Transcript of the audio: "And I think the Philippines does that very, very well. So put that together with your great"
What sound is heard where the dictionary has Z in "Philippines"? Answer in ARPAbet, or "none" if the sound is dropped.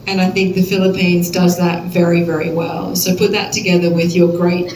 Z